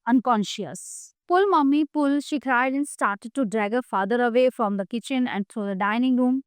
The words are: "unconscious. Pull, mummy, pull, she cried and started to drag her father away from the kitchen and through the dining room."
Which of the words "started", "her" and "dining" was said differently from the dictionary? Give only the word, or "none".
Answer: none